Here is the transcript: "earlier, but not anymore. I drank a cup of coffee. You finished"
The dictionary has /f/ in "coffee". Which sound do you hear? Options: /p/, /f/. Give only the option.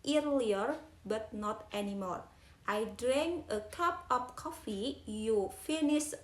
/f/